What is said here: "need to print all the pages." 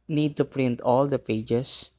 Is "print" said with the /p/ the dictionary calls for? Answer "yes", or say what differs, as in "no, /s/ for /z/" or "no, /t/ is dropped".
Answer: yes